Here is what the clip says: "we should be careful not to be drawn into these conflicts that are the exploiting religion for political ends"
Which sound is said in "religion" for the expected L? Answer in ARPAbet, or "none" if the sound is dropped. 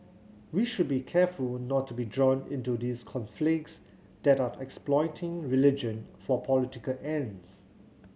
L